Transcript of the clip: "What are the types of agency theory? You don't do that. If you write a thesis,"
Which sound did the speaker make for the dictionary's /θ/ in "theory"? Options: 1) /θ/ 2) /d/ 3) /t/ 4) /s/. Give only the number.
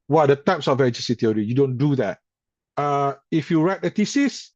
3